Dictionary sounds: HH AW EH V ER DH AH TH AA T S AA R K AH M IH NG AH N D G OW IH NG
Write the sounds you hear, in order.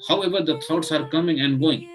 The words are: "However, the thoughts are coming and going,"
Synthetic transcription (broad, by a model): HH AW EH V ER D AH T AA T S AA R K AH M IH NG AH N D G OW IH NG